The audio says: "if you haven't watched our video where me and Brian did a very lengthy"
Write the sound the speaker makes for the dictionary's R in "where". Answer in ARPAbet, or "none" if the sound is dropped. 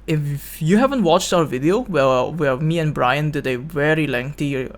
W